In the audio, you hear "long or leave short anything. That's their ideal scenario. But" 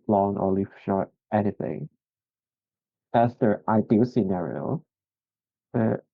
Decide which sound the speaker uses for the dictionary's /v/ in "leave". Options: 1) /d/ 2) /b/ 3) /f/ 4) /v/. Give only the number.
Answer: 3